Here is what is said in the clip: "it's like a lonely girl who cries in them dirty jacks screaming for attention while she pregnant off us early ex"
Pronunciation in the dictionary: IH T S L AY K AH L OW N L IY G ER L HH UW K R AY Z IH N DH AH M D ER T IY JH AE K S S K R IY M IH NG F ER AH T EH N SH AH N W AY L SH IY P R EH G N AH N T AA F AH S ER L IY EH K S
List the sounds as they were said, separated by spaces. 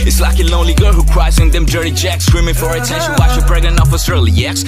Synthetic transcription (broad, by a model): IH T S L AY K AH L OW N L IY G ER L HH UW K R AY Z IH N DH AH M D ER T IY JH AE K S S K R IY M IH NG F ER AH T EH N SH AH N W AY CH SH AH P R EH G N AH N AA F AH S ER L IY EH K S